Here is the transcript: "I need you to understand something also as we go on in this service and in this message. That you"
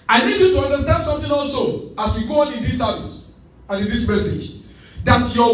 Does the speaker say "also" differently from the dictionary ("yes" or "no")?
no